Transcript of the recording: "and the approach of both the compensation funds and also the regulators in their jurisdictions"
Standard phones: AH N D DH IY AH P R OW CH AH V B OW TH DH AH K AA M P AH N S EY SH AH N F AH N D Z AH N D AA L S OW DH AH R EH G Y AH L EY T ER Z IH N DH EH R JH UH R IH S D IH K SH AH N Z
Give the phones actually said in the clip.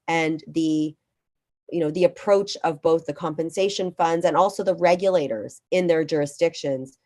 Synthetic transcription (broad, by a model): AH N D DH IY AH P R OW CH AH V B OW TH DH AH K AA M P AH N S EY SH AH N F AH N D Z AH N AA L S OW DH AH R EH G Y AH L EY T ER Z IH N DH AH R JH UH R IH S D IH K SH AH N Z